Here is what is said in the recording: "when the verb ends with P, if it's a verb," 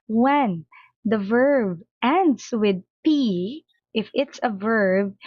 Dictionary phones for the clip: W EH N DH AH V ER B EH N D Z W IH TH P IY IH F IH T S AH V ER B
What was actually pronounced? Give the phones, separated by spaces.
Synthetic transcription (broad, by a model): W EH N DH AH V ER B EH N D S W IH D P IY IH F IH T S AH V ER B